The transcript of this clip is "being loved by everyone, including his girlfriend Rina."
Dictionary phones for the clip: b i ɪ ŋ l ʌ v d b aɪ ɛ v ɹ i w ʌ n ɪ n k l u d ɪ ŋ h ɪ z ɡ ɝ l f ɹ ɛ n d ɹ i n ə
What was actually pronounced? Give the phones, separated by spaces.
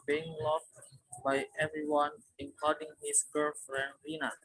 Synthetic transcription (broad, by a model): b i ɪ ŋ l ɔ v b aɪ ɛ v ɹ i w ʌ n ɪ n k ɔ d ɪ ŋ h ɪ s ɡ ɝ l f ɹ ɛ n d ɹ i n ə